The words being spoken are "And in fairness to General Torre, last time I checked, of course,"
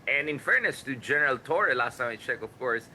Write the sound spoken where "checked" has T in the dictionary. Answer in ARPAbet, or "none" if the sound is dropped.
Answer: none